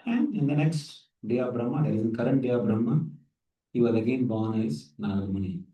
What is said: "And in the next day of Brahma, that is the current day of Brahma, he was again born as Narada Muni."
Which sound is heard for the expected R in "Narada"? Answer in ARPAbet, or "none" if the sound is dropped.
L